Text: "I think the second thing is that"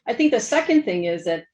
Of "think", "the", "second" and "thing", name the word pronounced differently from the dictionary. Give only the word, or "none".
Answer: none